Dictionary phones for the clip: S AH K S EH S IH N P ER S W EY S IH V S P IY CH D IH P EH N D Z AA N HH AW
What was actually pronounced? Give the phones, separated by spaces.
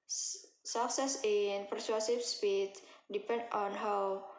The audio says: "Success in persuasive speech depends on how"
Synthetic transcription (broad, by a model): S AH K S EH S IH N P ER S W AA S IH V S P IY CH D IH P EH N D AA N HH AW